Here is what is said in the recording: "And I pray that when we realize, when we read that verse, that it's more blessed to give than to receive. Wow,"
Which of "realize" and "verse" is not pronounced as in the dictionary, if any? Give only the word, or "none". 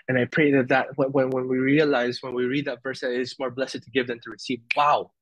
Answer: none